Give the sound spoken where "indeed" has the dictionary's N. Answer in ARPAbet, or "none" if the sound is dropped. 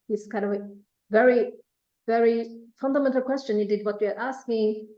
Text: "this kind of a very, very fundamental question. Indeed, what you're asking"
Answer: none